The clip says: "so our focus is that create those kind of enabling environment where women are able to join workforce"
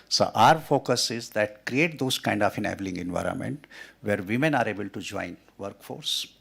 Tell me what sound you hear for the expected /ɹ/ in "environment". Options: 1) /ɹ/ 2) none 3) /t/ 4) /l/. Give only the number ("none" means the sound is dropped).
1